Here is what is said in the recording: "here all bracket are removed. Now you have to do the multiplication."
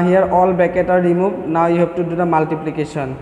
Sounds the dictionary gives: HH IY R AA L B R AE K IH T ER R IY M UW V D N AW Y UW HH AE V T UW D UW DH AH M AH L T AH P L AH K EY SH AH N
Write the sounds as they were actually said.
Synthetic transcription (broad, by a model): HH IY R AA L B EH K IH T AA R IY M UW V N AW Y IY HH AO P T UW D UW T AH M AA L T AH P L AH K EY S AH N